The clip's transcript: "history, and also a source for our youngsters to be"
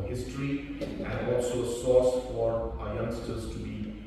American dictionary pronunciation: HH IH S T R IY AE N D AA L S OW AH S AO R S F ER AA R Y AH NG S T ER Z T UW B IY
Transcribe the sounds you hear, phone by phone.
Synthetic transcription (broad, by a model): HH IH S T R IY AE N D AA L S OW AH S AO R S F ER AA R Y AH NG S T ER Z T UW B IY